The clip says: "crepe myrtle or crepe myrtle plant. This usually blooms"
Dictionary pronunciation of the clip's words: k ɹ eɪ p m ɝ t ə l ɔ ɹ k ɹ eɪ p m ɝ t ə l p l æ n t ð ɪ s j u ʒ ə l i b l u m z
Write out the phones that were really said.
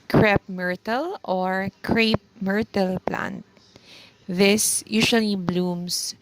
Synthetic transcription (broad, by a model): k ɹ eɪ p m ɝ t ə l ɔ ɹ k ɹ eɪ p m ɝ t ə l p l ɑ n t ð ɪ s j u s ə l i b l u m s